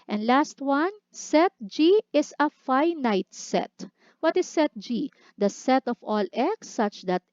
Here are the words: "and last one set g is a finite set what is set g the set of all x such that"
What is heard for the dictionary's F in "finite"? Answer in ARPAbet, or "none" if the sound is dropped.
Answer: F